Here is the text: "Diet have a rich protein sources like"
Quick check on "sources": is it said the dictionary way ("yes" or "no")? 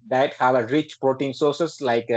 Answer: no